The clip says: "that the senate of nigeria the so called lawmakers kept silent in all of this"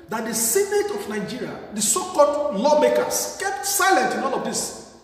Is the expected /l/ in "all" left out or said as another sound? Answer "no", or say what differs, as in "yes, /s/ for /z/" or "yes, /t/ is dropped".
yes, /n/ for /l/